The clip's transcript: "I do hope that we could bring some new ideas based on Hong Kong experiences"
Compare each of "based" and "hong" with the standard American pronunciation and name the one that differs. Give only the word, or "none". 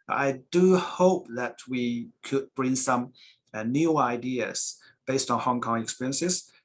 none